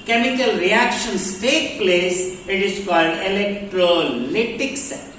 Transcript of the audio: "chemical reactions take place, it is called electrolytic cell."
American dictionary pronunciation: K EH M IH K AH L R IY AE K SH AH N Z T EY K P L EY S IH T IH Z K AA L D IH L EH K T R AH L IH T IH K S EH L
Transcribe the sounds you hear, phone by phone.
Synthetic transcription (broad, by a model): K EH M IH K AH L R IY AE K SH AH N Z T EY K P L EY S IH T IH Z K AA L D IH L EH K T R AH L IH T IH K S